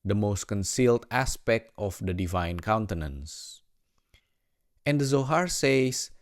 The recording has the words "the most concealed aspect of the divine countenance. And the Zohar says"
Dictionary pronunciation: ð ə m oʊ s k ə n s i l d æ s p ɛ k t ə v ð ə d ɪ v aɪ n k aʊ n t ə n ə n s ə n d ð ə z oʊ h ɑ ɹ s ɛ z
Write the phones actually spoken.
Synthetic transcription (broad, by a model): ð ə m oʊ s k ə n s i l d æ s p ɛ k t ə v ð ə d ɪ v aɪ n k aʊ n t ə n ə n s ə n d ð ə z oʊ h ɑ ɹ s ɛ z